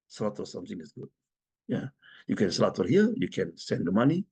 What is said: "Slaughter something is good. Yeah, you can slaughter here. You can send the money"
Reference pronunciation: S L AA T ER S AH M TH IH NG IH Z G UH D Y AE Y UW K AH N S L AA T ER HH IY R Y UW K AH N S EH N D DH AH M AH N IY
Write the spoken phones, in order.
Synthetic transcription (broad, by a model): S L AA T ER S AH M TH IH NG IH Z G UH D Y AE Y UW K AH N S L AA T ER HH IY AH Y UW K AH N S EH N D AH M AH N IY